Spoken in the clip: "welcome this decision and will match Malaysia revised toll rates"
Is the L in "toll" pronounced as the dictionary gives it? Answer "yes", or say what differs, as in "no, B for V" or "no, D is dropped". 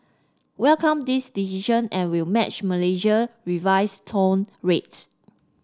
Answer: no, N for L